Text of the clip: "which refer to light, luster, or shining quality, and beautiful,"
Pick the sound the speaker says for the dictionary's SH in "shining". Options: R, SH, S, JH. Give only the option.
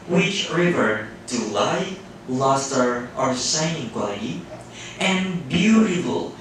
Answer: S